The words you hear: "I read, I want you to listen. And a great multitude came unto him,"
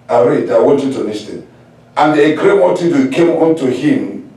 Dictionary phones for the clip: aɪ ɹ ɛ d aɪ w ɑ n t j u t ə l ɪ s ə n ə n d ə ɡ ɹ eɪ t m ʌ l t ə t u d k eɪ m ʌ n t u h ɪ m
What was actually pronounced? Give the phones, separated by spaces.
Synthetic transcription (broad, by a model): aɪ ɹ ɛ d aɪ w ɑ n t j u t ə n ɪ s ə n ə n d ə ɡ ɹ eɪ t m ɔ t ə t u k eɪ m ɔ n t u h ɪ m